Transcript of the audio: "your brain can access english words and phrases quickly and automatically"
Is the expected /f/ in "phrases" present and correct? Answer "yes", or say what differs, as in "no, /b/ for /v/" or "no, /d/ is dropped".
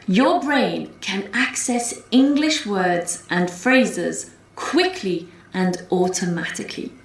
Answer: yes